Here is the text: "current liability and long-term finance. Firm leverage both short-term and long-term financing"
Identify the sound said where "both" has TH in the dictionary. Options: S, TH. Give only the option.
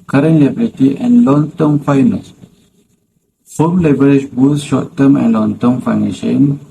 S